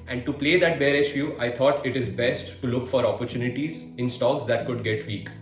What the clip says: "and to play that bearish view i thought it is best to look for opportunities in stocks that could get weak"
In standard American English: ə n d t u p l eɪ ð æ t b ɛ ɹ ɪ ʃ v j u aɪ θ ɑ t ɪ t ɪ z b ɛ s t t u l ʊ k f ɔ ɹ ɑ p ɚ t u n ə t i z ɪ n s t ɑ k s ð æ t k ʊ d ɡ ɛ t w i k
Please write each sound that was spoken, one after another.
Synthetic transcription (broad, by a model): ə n d t u p l eɪ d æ t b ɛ ɹ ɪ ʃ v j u aɪ t ɑ t ɪ t ɪ z b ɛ s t t u l ʊ k f ɔ ɹ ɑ p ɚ t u n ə t i z ɪ n s t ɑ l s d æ t k ʊ d ɡ ɛ t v i k